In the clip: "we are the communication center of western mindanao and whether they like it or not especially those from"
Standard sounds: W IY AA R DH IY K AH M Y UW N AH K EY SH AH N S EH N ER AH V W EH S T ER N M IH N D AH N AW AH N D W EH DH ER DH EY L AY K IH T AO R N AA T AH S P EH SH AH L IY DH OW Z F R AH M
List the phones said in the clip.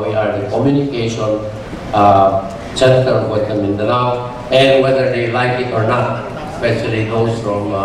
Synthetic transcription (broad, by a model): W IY AA R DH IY K AH M Y UW N AH K EY SH AH N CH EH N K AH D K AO T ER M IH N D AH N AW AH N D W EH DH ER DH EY L AY K IH T AO R N AA T S P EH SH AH L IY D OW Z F R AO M